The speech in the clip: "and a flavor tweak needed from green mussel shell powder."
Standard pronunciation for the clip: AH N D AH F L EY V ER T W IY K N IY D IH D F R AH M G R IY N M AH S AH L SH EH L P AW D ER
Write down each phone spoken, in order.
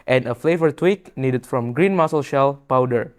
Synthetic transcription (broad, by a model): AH N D AH F L EY V ER T W IY K N IY D IH D F R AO M G R IY N M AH S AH L SH EH L P AW D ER